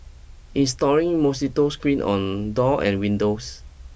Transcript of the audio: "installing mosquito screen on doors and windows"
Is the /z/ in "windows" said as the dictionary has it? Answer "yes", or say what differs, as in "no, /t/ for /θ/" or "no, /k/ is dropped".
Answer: no, /s/ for /z/